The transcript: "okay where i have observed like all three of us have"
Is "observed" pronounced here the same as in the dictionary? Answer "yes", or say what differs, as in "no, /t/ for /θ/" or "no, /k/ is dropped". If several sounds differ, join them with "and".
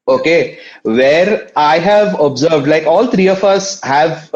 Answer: yes